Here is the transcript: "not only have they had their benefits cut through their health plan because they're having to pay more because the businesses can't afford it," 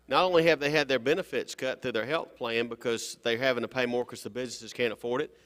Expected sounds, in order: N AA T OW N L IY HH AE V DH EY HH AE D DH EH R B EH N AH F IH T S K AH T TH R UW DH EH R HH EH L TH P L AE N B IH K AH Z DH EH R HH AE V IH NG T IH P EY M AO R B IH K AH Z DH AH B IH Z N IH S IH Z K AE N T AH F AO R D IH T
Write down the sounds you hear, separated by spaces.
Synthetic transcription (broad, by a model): N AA T OW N L IY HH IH V DH EY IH D DH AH R B EH N AH F IH T S K AH T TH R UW DH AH R HH EH L TH P L AE N B IH K AH Z DH EH R HH AE V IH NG T IH P EY M AO R K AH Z DH AH B IH Z N IH S IH Z K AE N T AH F AO R D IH T